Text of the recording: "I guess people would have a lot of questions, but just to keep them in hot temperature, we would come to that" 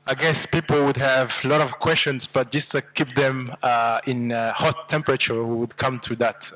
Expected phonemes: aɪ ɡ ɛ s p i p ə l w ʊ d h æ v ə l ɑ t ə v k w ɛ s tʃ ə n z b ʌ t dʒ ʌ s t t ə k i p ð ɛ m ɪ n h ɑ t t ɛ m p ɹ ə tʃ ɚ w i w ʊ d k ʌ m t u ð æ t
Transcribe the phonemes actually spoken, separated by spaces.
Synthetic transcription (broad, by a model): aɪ ɡ ɛ s p i p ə l w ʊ d h æ v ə l ɑ t ə v k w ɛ s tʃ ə n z b ʌ t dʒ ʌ s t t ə k i p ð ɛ m ɪ n h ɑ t t ɛ m p ɹ ə tʃ ɚ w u w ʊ d k ʌ m t u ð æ t